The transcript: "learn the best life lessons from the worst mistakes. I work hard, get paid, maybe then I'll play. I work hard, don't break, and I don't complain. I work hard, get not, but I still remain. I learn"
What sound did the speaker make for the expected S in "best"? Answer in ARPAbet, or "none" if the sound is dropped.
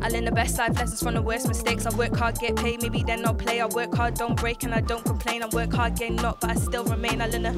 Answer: S